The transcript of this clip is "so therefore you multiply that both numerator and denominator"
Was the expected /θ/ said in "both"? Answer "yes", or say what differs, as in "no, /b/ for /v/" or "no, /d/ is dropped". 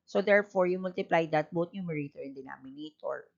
no, /t/ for /θ/